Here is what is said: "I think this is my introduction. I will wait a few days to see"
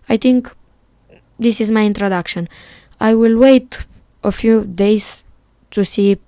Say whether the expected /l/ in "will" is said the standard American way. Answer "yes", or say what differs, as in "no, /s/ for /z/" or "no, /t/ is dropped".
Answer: yes